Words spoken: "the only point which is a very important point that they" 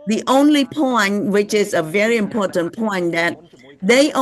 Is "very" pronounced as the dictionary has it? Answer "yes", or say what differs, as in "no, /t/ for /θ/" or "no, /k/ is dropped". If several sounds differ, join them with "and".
yes